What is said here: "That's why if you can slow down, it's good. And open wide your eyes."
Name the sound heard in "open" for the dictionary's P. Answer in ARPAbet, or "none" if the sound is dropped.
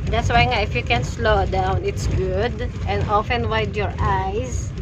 F